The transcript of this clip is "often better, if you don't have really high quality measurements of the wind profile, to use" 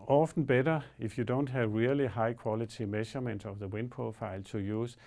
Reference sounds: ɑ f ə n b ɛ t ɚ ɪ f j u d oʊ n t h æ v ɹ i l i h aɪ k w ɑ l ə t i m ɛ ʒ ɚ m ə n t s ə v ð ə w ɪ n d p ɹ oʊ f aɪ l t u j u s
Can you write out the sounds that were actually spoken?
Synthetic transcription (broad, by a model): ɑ f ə n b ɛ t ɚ ɪ f j u d oʊ n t h æ v ɹ i l i h aɪ k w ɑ l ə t i m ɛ ʃ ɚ m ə n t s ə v ð ə w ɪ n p oʊ f aɪ l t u j u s